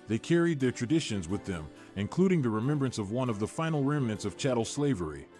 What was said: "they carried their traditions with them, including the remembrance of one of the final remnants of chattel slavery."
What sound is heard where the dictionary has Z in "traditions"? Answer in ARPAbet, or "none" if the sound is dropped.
Z